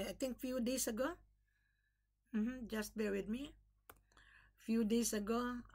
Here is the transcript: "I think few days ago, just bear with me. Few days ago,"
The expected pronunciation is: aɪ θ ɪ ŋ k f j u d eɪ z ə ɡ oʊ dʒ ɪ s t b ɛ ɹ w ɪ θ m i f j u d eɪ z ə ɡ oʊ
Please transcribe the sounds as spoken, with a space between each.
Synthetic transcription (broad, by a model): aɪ t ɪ ŋ k f j u d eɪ s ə ɡ oʊ dʒ ɪ s t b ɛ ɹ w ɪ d m i f j u d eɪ s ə ɡ oʊ